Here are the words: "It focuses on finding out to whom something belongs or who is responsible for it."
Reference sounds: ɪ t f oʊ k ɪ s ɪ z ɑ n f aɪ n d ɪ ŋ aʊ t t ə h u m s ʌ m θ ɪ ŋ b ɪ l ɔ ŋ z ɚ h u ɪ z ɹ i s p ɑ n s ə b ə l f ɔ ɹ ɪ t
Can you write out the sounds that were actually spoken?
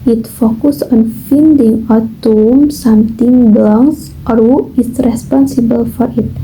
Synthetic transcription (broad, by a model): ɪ t f oʊ k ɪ s ɑ n f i n d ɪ ŋ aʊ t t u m s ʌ m t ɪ ŋ b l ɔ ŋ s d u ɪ s ɹ i s p ɑ n s ə b ə l f ɔ ɹ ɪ t